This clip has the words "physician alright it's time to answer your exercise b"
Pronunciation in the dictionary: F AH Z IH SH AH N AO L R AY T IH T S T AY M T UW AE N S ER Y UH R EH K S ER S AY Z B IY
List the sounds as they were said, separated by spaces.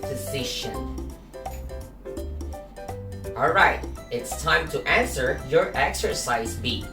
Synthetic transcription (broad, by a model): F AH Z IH SH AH N AO L R AY T IH T S T AY M T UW AE N S ER Y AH R EH K S ER S AY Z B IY